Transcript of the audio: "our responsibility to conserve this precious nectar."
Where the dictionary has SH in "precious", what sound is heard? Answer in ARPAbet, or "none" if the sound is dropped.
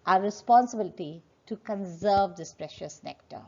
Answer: SH